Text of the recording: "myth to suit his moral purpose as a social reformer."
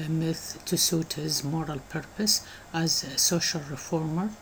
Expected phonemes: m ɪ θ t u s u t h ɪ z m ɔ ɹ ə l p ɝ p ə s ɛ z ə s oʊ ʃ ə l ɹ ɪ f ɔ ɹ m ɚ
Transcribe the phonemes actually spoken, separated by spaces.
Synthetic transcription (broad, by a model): m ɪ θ t u s u t h ɪ z m ɔ ɹ ə l p ɝ p ə s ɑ z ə s oʊ ʃ ə l ɹ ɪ f ɔ ɹ m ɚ